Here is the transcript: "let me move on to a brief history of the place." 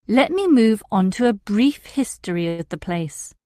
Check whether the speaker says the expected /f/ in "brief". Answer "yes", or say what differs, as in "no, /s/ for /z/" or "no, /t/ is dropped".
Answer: yes